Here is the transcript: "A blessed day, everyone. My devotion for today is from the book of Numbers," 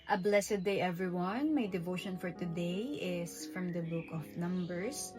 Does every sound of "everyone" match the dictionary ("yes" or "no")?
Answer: yes